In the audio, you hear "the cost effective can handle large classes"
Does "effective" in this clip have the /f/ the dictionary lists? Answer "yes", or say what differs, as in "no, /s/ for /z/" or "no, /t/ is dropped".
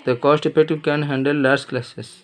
no, /p/ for /f/